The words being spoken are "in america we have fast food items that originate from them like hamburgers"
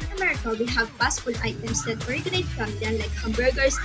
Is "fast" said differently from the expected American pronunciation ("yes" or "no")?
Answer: yes